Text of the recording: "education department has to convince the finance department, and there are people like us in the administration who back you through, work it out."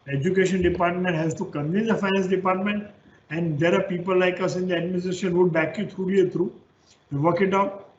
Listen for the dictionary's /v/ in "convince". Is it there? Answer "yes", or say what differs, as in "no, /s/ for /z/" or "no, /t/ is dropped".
no, /v/ is dropped